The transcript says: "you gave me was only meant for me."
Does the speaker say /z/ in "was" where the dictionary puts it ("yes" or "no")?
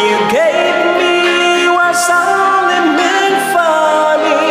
no